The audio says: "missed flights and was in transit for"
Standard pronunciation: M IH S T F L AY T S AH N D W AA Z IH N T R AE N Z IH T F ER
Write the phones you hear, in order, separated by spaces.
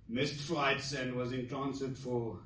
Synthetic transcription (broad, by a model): M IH S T F L AY T S AH N D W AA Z IH N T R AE N S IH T F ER